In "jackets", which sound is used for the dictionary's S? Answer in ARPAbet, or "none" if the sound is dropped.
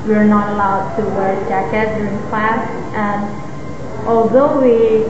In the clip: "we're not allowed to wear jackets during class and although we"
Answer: none